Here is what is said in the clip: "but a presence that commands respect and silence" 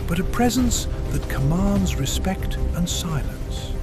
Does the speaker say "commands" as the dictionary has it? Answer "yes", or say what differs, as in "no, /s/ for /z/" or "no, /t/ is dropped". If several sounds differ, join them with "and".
yes